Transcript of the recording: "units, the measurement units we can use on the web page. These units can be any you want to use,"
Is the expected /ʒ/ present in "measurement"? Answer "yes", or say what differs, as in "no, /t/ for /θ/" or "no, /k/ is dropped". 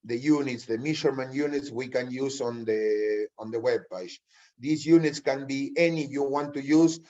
no, /ʃ/ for /ʒ/